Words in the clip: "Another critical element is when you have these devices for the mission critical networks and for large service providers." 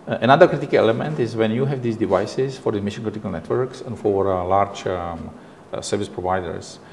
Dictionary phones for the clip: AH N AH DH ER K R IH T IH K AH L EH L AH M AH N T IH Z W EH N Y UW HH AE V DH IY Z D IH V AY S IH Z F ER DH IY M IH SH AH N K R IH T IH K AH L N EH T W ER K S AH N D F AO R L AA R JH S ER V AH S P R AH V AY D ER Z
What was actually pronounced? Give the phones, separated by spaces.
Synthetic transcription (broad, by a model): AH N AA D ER K R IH T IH K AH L EH L AH M AH N T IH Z W EH N Y UW HH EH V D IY S D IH V AY S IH S F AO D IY M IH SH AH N K R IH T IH K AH L N EH T W ER K S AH N F AO R L AA R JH S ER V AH S P R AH V AY D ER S